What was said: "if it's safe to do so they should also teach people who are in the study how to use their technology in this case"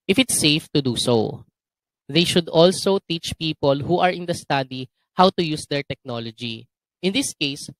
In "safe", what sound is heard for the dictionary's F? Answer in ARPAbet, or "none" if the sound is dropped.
F